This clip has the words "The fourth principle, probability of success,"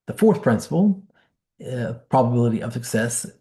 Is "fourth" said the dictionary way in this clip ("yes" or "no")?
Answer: yes